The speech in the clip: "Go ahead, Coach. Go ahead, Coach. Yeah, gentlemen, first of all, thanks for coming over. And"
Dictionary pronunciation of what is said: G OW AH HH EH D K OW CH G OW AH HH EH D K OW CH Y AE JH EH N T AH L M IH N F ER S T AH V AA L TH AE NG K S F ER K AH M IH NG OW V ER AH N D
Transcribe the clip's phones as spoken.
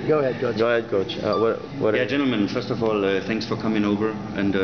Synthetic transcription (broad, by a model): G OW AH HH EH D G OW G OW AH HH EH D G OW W Y AE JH EH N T L M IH N F ER S T AH V AA L TH AE NG K S F ER K AH M IH NG OW V ER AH N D